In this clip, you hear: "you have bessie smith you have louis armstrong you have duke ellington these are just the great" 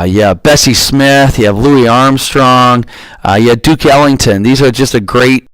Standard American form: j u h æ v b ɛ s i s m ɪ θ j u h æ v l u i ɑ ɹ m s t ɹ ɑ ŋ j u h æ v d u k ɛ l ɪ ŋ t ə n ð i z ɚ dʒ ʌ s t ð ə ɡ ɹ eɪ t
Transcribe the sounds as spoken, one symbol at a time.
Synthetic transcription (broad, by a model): j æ b ɛ s i s m ɪ θ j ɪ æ v l u i ɑ ɹ m s t ɹ ɑ ŋ j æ d u k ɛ l ɪ ŋ t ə n ð i z ɚ dʒ ʌ s t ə ɡ ɹ eɪ t